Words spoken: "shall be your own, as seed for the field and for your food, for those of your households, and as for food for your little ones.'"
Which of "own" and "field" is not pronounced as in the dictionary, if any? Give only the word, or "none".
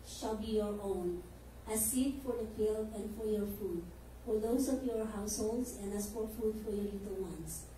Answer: field